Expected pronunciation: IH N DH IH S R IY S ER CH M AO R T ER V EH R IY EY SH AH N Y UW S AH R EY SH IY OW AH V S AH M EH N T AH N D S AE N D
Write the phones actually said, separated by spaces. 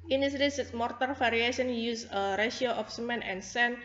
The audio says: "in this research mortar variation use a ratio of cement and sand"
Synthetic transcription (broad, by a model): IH N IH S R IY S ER S M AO R T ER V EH R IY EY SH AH N Y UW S AH R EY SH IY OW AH F S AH M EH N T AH N S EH N